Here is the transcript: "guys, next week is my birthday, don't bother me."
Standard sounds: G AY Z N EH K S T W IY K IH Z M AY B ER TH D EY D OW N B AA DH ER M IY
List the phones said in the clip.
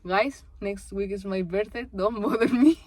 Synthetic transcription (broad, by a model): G AY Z N EH K S T W IY K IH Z M AY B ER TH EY D OW N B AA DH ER M IY